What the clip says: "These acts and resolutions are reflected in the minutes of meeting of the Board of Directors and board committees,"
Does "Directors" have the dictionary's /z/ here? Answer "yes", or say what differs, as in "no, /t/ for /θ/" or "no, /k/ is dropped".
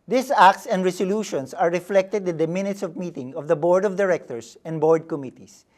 no, /s/ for /z/